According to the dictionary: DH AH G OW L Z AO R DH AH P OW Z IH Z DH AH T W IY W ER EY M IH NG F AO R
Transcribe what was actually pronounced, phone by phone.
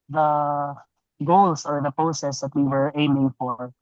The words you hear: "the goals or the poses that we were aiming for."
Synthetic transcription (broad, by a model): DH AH G OW L S AO R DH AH P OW S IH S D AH T W IY W ER EY M IH NG F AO R